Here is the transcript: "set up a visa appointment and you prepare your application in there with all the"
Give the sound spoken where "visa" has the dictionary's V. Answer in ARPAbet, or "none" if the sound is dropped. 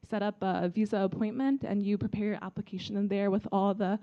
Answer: V